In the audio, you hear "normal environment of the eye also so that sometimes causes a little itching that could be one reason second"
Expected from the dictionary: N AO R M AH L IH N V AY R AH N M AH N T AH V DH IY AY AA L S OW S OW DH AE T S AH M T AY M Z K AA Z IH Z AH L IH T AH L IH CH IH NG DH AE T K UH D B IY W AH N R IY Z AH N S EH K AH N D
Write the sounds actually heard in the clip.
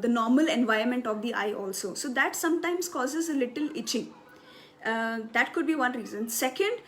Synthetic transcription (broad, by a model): N AO R M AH L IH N V AY AH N M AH N T AH V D IY AY AA L S OW S OW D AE T S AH M T AY M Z K AA Z IH Z AH L IH T AH L IH CH IH NG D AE T K UH D B IY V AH N R IY Z AH N S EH K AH N D